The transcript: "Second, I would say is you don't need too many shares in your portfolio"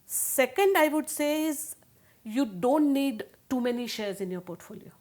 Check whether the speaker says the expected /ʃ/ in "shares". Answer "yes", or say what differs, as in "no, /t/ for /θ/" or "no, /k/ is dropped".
yes